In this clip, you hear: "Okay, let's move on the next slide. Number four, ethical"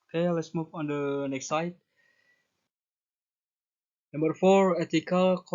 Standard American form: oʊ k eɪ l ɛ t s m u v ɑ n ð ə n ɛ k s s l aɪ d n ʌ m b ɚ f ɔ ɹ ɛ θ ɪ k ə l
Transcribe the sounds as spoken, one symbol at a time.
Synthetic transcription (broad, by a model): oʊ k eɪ l ɛ t s m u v ɑ n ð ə n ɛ k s s aɪ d n ʌ m b ɚ f ɔ ɹ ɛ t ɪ k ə l